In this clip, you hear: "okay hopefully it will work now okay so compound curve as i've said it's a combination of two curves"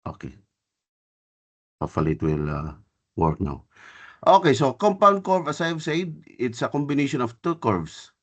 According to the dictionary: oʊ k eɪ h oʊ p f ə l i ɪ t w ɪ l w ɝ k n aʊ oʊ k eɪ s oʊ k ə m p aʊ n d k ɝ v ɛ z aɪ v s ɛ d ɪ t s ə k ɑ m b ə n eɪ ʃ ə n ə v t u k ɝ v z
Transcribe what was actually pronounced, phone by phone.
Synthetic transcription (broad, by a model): oʊ k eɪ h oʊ f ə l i ɪ t w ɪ l w ɝ k n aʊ oʊ k eɪ s oʊ k ə m p aʊ n d k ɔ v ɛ s aɪ v s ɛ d ɪ t s ə k ɑ m b ə n eɪ ʃ ə n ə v t u k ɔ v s